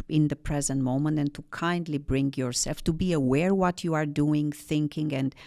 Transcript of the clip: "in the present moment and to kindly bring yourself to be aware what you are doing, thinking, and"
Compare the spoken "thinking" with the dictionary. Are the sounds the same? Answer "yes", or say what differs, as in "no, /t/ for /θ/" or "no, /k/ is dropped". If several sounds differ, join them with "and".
yes